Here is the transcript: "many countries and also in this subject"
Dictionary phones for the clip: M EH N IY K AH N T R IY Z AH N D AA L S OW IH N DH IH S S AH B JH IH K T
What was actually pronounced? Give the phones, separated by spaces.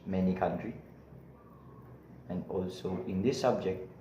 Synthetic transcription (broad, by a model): M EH N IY K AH N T R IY AH N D AA L S OW IH N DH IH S S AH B JH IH K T